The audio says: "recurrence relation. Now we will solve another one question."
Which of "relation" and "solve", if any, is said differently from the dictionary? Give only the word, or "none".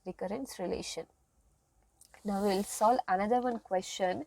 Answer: solve